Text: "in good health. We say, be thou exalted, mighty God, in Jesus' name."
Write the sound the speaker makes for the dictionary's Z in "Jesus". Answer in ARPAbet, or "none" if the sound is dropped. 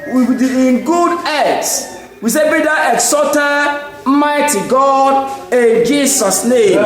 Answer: S